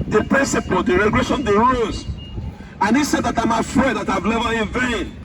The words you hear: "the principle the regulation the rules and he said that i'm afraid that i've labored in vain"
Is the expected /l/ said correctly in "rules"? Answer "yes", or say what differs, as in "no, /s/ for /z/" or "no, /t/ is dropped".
no, /l/ is dropped